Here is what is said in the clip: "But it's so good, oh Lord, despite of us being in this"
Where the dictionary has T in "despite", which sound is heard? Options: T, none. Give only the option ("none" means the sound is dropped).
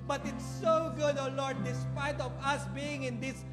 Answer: T